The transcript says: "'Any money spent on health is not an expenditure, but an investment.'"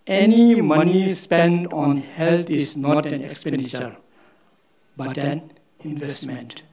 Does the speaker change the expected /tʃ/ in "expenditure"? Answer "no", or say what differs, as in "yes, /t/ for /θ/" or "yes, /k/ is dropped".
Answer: no